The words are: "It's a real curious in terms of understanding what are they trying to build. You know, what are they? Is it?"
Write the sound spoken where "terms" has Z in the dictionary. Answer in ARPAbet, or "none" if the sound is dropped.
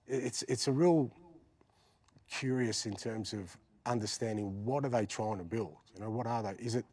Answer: Z